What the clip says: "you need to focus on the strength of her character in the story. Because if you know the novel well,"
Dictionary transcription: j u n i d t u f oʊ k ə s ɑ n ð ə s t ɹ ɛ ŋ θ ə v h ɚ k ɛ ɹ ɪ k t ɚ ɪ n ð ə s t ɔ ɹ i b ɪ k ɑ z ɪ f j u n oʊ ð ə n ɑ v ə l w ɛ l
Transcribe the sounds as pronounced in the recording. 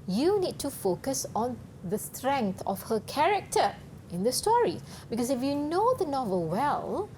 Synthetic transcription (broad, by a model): j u n i d t u f oʊ k ə s ɑ n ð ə s t ɹ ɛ ŋ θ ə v h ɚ k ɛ ɹ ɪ k t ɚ ɪ n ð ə s t ɔ ɹ i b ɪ k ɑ s ɪ f j u n oʊ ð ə n ɑ v ə l w ɛ l